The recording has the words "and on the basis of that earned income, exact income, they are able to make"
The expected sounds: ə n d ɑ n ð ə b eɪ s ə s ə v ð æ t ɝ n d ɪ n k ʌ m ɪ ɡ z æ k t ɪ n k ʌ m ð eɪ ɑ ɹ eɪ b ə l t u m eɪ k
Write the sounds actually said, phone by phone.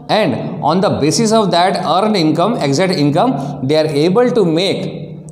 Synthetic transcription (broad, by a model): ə n d ɑ n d ə b eɪ s ə s ə v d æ t ɝ n d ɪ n k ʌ m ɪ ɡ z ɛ t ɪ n k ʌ m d eɪ ɑ ɹ eɪ b ə l t u m eɪ k